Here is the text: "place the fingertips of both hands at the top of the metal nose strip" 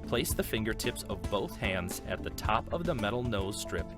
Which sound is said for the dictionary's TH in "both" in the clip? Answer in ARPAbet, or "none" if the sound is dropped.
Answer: TH